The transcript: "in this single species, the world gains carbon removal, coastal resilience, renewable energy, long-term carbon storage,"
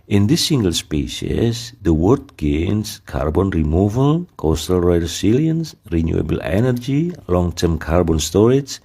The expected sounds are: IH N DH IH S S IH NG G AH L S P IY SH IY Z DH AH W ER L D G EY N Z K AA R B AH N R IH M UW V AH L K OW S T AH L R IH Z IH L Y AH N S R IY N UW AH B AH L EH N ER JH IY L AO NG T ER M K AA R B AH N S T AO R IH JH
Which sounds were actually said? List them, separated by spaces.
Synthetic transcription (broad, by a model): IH N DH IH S S IH NG G AH L S P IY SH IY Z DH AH W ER D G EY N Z K AA R B AH N R IH M UW V AH L K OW S T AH L R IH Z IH L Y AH N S R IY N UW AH B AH L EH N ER JH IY L AO NG T ER M K AA R B AH N S T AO R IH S